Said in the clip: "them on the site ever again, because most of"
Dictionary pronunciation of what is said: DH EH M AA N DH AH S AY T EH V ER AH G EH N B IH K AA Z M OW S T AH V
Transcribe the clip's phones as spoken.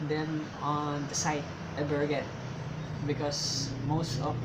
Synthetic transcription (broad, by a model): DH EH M AA N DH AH S AY T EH B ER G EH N B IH K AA S M OW S T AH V